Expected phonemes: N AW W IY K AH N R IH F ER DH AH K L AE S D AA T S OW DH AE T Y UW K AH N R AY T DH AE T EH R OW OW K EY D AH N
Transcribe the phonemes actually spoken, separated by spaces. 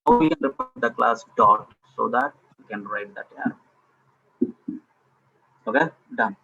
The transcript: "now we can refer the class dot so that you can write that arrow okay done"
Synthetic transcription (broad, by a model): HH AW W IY K AH N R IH P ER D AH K L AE S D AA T S OW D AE T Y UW K AH N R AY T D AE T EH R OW OW K EY D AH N